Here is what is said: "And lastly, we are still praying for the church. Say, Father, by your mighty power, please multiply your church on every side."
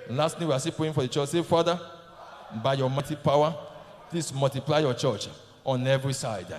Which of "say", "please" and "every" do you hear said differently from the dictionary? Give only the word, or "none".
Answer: please